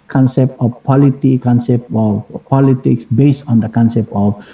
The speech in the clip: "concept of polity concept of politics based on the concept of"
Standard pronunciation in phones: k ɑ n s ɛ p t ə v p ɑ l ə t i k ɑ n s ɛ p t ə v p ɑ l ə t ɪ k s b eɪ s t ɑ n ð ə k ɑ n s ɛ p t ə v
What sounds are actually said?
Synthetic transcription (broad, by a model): k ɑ n s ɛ p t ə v p ɑ l ə t i k ɑ n s ɛ p t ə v p ɑ l ə t ɪ k s b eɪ s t ɑ n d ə k ɑ n s ɛ p t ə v